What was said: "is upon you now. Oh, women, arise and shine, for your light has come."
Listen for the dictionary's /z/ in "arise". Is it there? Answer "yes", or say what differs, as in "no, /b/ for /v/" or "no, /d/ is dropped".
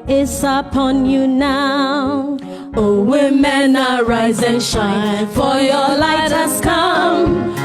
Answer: yes